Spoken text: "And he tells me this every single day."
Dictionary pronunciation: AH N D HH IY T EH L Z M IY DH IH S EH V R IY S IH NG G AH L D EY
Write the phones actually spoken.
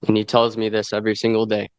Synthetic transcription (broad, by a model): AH N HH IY T EH L Z M IY DH IH S EH V R IY S IH NG G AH L D EY